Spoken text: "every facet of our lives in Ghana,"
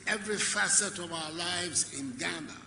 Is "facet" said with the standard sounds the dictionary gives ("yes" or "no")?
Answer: yes